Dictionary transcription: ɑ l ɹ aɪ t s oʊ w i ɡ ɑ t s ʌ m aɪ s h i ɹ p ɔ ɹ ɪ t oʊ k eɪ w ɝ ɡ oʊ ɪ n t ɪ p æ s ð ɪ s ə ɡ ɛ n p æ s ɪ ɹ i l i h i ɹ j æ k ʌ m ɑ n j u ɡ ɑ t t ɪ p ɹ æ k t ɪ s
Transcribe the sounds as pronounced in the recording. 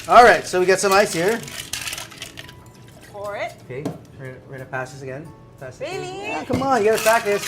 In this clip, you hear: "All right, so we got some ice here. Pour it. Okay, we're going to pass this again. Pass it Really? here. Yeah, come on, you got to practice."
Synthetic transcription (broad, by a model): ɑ l ɹ aɪ t s oʊ w i ɡ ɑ t s ʌ m aɪ s h i ɹ f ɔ ɹ ɪ t oʊ k eɪ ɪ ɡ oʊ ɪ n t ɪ p æ s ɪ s ə ɡ ɛ n p æ s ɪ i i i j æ k ʌ m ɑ n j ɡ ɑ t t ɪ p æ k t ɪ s